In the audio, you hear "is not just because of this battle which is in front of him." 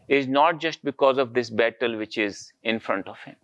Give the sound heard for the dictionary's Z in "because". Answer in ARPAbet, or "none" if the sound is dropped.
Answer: Z